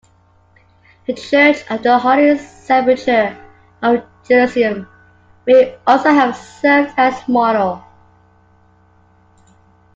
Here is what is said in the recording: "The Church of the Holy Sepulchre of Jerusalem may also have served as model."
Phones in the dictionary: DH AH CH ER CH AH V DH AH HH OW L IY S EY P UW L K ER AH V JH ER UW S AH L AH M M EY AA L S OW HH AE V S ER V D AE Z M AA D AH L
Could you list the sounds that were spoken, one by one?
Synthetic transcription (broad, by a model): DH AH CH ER CH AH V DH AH HH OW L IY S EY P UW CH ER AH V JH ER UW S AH AH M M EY AA L S OW HH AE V S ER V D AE S M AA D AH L